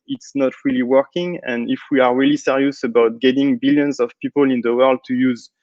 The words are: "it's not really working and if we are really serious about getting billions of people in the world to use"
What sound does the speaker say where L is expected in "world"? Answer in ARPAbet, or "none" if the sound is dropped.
L